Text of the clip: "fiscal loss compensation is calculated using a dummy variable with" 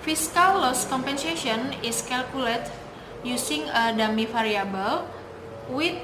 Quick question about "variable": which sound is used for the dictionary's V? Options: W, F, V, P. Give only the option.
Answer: F